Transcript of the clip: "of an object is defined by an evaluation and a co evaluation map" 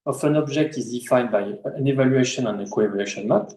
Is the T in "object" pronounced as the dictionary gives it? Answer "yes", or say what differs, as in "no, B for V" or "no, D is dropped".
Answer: no, T is dropped